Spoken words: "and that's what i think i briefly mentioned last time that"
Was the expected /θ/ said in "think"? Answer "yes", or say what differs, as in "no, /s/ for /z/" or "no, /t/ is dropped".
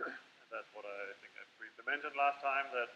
yes